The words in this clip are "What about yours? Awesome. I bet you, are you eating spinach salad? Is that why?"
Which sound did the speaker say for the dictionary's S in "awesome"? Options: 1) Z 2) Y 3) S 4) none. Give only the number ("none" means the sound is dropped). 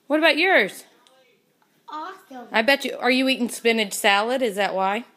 4